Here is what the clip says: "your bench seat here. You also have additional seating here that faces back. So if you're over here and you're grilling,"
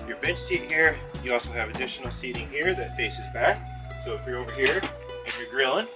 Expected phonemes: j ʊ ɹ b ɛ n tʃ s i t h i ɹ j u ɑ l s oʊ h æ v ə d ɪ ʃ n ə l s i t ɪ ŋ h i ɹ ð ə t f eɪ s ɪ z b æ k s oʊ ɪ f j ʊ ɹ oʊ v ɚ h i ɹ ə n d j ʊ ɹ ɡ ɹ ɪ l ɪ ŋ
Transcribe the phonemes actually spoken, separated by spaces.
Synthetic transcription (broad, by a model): j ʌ ɹ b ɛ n s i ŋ h i ɹ j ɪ ɑ l s oʊ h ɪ v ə d ɪ ʃ n l s i t ɪ ŋ h i ɹ ð ə t f eɪ s ɪ z b æ k s oʊ ɪ f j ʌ ɹ oʊ v ɚ h i ɹ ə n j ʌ ɹ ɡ ɹ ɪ l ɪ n